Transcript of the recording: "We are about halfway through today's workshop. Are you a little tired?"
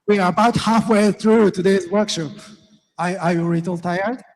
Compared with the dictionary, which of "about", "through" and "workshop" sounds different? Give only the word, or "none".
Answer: none